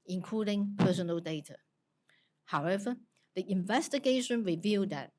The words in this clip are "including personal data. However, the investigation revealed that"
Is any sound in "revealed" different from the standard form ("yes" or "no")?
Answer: no